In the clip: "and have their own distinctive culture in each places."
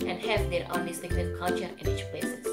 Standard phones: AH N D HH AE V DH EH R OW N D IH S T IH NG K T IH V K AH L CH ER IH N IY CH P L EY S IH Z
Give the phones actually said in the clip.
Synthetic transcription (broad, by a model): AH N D HH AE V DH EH R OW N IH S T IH K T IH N K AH L CH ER IH N IY CH P L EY S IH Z